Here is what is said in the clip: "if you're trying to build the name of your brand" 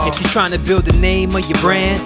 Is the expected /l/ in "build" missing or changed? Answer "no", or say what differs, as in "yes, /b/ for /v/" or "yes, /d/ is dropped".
no